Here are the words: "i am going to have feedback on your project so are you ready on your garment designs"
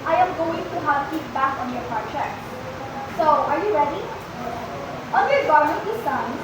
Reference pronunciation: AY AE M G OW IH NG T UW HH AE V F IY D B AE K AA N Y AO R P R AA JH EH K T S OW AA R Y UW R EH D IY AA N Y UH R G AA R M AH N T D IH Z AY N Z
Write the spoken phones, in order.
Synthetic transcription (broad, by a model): AY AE M G OW IH NG T UW HH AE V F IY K B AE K AA N Y AO R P AA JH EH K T S OW AA R Y UW R EH D IY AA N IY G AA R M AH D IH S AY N